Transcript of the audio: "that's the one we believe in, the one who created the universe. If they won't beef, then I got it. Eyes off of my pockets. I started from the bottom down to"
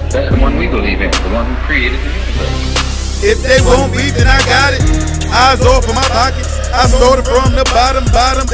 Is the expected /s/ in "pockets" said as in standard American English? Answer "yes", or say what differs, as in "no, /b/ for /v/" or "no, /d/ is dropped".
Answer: no, /s/ is dropped